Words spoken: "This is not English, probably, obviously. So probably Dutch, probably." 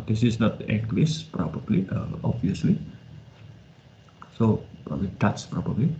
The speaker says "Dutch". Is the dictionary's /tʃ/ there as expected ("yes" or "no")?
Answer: no